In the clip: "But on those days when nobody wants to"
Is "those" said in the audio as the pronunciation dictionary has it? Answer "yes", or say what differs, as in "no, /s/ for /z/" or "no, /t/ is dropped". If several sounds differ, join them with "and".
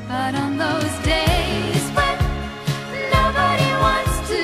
yes